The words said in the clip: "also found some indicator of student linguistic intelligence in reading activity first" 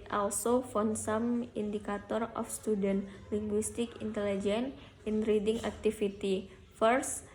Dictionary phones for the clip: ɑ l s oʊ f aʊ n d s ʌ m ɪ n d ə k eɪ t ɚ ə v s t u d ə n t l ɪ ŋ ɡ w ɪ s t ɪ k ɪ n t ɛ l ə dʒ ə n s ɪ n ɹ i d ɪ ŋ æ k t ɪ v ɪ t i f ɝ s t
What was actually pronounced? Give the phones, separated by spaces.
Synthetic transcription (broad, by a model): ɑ l s oʊ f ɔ n s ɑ m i n d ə k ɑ t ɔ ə f s t u d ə n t l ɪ ŋ ɡ w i s t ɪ k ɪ n t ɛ l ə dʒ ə n ɪ n ɹ i d ɪ ŋ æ k t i f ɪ t i f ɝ s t